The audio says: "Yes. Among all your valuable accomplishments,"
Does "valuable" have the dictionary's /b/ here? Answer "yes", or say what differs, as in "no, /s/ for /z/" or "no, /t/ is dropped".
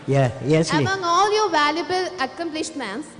yes